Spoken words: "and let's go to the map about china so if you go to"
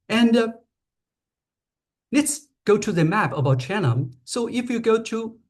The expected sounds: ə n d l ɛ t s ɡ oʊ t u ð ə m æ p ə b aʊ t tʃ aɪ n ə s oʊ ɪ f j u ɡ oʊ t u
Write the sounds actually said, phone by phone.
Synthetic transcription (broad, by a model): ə n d l ɛ t s ɡ oʊ t u ð ə m æ p ə b aʊ t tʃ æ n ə s oʊ ɪ f j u ɡ oʊ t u